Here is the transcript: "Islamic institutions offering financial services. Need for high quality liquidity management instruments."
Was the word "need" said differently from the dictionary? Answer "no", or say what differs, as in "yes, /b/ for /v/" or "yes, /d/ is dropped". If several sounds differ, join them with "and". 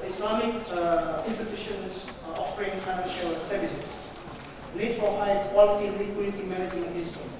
yes, /l/ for /n/